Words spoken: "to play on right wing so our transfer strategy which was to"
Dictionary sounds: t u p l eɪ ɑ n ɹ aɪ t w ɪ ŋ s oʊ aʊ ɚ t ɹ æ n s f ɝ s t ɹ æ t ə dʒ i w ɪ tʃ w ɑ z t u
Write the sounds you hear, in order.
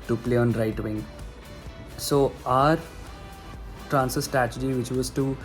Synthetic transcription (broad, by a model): t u p l eɪ ɑ n ɹ aɪ t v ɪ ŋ s oʊ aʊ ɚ t ɹ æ n s ɝ s t ɹ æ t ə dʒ i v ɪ tʃ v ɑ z t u